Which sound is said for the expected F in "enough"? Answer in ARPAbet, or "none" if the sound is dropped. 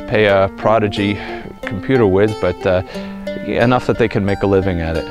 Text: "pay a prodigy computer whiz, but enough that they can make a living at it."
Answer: F